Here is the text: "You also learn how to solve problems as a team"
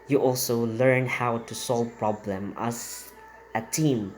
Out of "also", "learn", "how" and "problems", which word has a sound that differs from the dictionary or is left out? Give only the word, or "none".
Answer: problems